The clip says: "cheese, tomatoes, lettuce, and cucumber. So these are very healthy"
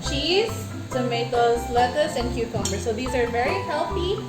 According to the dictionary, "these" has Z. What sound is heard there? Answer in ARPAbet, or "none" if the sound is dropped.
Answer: Z